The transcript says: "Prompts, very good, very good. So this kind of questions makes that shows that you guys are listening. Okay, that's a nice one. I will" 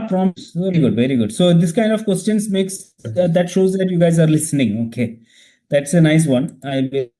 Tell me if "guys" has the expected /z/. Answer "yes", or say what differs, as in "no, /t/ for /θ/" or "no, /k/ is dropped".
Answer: yes